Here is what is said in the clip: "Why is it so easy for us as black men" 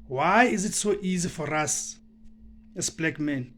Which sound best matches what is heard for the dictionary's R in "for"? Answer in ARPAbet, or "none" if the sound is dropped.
R